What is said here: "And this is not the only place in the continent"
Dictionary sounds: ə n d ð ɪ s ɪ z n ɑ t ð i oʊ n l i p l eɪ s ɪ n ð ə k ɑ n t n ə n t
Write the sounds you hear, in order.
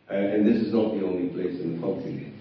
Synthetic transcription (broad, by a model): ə n ð ɪ s ɪ z n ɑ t ð i oʊ n l i p l eɪ s ɪ n ð ə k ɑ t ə